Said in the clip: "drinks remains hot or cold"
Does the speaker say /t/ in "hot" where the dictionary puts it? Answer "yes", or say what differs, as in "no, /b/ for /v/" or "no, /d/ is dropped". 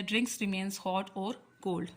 yes